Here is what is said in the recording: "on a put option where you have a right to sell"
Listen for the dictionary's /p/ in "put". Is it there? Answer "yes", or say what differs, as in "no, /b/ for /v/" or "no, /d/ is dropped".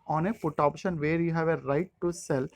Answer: no, /f/ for /p/